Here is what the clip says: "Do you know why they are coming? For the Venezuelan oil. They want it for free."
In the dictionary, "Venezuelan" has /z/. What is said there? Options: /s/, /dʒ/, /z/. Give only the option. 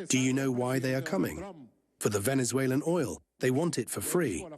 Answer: /z/